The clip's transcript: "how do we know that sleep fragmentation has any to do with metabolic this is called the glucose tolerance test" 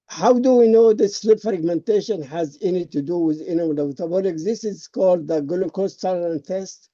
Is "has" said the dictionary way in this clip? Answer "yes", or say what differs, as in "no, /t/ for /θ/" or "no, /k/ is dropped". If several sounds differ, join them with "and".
yes